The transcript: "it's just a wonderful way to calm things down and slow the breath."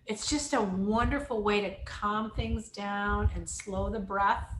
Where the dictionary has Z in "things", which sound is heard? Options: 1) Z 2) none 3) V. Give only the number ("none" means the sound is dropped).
1